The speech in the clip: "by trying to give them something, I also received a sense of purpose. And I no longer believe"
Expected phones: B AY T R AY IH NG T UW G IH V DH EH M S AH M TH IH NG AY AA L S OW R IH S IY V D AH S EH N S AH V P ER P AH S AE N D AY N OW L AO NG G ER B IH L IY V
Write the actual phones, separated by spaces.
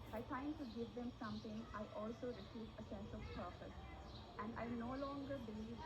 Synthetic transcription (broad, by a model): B AY T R AY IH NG T UW G IH V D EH M S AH M T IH NG AY AA L S OW R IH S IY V AH S EH N S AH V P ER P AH S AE N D AY N OW L AO NG G ER B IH L IY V